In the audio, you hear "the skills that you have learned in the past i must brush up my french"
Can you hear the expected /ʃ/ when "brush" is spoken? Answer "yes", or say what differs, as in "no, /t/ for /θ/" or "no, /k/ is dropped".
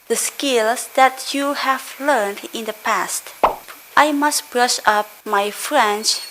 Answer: yes